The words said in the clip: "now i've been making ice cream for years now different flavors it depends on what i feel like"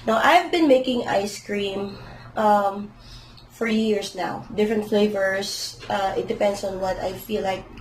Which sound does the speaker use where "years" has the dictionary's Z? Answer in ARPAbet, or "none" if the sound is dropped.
S